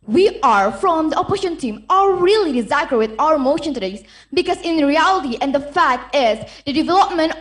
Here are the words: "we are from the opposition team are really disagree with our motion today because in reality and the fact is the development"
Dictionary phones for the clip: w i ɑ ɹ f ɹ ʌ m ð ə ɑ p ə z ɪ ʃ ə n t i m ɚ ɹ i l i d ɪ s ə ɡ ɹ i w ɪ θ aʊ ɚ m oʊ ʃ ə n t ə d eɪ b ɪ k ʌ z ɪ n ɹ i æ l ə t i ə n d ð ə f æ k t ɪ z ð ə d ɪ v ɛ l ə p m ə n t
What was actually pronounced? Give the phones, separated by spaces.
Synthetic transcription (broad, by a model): w i ɑ ɹ f ɹ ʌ m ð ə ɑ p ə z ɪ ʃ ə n t i m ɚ ɹ i l i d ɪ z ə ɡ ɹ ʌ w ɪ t aʊ ɚ m oʊ ʃ ə n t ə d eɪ b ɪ k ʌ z ɪ n ɹ i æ l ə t i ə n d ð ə f æ k t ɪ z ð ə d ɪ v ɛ l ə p m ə n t